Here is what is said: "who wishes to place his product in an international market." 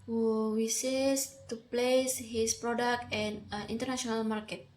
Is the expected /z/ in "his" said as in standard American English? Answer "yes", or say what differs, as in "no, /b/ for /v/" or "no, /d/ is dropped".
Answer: no, /s/ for /z/